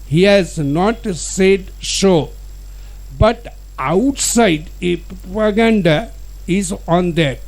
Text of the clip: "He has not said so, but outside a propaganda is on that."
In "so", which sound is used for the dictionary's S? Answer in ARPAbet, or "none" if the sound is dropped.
SH